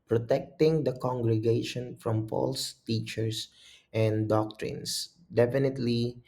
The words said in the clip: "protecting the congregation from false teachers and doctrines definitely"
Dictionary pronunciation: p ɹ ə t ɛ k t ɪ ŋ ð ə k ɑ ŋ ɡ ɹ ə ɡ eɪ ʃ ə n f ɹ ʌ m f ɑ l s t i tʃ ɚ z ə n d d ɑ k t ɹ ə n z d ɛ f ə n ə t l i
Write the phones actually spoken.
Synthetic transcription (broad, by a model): p ɹ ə t ɛ k t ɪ ŋ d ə k ɑ ŋ ɡ ɹ ə ɡ eɪ ʃ ə n f ɹ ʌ m p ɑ l s t i tʃ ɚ s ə n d d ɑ k t ɹ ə n s d ɛ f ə n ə t l i